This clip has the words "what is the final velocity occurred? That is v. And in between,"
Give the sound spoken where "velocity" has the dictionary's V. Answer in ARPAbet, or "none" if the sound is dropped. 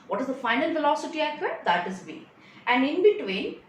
F